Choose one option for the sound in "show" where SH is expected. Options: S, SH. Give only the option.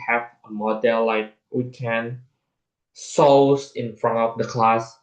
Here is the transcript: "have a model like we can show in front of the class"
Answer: S